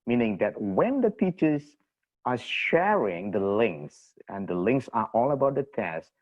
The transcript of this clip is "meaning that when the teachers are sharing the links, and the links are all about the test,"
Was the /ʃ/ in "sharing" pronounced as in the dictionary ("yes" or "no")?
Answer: yes